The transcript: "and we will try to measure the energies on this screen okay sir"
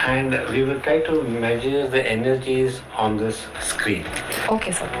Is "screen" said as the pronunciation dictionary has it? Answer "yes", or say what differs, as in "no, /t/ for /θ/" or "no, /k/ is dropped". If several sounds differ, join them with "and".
yes